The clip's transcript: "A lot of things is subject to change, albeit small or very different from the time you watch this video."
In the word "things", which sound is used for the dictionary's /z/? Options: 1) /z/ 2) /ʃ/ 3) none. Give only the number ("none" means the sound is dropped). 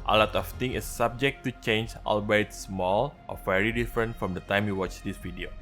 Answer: 3